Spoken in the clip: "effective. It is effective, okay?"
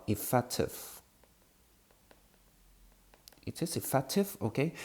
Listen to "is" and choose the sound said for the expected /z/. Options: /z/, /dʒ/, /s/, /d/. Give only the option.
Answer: /s/